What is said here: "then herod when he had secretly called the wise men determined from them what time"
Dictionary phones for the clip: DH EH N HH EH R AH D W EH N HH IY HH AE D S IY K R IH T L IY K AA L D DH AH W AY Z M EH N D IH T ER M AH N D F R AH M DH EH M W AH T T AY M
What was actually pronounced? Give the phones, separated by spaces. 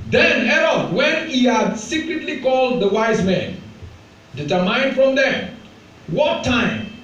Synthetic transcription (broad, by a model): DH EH N HH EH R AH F W EH N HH IY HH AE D S IY K R IH T L IY K AA L D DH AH W AY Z M EH N D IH T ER M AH N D F R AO M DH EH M W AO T T AY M